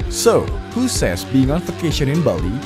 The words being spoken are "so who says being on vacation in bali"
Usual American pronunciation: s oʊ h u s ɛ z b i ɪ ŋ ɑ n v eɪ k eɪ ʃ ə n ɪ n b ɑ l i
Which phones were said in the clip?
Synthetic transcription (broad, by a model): s oʊ h u s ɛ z b i ɪ ŋ ɑ n f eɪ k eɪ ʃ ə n ɪ n b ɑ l i